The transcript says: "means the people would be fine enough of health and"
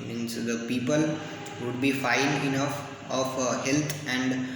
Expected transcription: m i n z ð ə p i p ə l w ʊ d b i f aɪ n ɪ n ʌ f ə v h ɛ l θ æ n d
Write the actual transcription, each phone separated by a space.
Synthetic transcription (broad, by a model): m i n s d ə p i p ə l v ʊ d b i f aɪ n ɪ n ʌ f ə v h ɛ l t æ n d